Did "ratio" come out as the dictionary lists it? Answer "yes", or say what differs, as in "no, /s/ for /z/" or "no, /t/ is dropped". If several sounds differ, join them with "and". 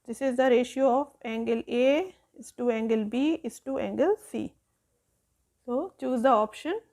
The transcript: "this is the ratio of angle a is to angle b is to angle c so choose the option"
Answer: yes